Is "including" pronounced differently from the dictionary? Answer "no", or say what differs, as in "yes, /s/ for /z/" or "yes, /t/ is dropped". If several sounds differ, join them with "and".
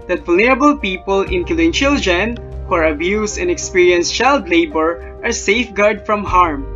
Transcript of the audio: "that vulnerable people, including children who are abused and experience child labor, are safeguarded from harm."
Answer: yes, /l/ is dropped